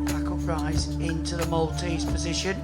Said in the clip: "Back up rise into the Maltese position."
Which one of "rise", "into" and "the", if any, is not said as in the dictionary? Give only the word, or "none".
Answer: none